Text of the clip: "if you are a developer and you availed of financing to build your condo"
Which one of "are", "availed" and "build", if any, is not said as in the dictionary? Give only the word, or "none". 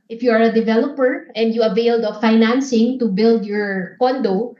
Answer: none